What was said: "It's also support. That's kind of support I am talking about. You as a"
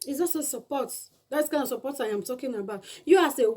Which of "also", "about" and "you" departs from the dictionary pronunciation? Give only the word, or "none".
also